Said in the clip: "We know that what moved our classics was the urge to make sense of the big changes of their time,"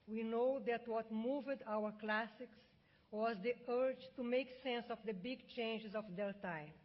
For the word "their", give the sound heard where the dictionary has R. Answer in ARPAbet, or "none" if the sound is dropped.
L